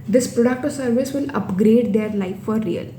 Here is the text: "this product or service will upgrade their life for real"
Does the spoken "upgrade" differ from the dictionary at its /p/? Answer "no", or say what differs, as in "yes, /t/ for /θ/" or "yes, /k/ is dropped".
no